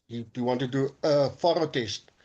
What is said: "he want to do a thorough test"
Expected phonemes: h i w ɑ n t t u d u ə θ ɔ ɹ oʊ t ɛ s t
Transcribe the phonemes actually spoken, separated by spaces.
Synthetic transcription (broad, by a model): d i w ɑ n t t u d u ə f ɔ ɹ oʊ t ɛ s t